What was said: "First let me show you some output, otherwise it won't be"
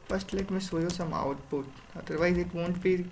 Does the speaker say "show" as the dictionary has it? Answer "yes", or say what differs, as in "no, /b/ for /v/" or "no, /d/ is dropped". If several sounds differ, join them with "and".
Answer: no, /s/ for /ʃ/